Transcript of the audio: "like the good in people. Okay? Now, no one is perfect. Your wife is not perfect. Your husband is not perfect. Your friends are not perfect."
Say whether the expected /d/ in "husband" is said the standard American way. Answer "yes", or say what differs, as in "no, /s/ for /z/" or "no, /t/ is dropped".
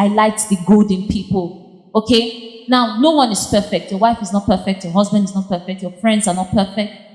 yes